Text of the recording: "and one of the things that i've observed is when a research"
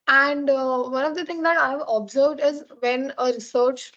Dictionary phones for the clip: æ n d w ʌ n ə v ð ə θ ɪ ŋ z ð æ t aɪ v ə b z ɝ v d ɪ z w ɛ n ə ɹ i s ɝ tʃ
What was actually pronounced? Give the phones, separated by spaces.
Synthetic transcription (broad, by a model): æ n d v ʌ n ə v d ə t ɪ ŋ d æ t aɪ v ə b z ɝ v d ɪ z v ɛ n ə ɹ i s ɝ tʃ